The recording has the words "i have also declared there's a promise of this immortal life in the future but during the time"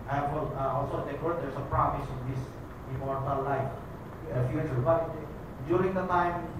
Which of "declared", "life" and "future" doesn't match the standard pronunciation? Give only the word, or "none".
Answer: declared